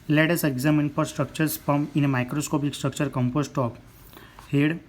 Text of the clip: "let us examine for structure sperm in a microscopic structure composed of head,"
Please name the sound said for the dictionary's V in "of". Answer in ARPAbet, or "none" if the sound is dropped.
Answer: P